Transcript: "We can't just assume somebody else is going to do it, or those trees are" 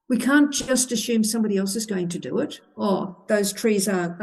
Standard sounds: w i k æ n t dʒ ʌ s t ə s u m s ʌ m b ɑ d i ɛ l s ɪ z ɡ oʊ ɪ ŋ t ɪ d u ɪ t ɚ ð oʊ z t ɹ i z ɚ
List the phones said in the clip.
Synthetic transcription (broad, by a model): w i k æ n dʒ ʌ s t ə s u m s ʌ m b ɑ d i ɛ l s ɪ z ɡ oʊ ɪ ŋ t ɪ d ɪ ɪ t ɚ ð oʊ z t ɹ i z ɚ